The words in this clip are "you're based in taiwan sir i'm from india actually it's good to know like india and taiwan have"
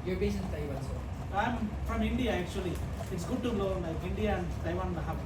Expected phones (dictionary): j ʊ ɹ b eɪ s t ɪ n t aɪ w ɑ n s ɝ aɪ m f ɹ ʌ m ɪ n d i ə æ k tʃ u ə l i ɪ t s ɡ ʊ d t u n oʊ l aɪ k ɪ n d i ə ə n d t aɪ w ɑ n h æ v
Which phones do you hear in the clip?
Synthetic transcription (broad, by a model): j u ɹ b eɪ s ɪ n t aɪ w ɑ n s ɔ aɪ m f ɹ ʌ m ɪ n d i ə æ k tʃ u ə l i ɪ t s ɡ ʊ d t u l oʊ l aɪ k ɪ n d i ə ə n d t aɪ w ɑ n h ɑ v